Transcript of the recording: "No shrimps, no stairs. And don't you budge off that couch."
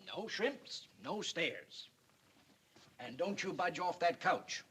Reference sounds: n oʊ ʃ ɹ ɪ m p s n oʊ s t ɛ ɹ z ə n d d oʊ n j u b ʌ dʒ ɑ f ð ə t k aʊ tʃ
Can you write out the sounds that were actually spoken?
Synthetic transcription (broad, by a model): n oʊ ʃ ɹ ɪ m p s n oʊ s t ɛ ɹ z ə n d d oʊ n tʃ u b ʌ dʒ ɑ f ð ə t k aʊ tʃ